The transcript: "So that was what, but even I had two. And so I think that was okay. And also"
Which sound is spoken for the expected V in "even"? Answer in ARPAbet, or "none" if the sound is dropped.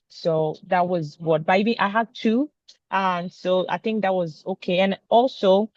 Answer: B